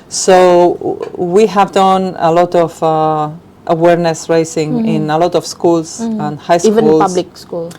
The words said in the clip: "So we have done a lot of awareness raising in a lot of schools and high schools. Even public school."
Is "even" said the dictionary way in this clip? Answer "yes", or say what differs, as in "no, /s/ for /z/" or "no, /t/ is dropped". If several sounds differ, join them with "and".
no, /l/ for /n/